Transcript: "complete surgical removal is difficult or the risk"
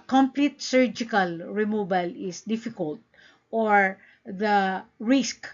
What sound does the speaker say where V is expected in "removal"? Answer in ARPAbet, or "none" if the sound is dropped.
B